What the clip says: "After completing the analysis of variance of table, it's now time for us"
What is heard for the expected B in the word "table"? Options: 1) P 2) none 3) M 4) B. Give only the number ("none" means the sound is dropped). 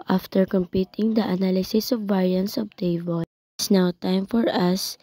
2